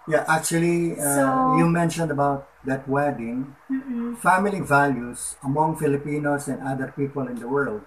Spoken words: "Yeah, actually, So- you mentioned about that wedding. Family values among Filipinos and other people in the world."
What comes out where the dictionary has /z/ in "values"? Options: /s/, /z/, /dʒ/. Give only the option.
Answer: /s/